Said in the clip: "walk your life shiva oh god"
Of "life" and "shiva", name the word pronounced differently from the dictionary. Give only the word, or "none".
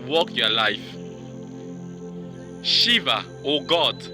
none